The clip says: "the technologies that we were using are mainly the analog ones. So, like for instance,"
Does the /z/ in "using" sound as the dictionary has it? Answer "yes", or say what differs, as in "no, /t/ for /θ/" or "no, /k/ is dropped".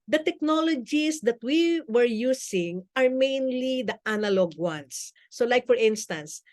no, /s/ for /z/